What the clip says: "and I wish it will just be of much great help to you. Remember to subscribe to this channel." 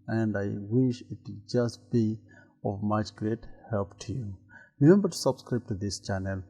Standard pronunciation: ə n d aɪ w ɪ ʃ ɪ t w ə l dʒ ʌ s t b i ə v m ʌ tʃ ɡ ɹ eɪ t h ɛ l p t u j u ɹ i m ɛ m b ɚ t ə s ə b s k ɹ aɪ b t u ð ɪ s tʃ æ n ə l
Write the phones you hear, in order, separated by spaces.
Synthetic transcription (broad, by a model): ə n d aɪ w ɪ ʃ ɪ t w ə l dʒ ʌ s t b i ə v m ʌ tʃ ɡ ɹ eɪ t h ɛ l p t u j u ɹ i m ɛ m b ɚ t s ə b s k ɹ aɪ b t u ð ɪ s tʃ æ n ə l